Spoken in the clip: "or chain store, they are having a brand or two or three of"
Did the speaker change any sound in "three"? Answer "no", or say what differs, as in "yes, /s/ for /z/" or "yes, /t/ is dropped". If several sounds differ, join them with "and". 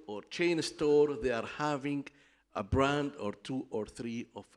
no